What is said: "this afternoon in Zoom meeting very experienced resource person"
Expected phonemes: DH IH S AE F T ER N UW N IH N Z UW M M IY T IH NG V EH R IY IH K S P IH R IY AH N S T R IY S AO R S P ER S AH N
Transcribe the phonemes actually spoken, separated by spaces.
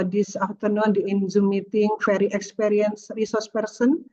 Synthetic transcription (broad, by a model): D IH S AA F T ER N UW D IH N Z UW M M IY T IH NG F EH R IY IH K S P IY R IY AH N S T R IY S AO R S P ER S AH N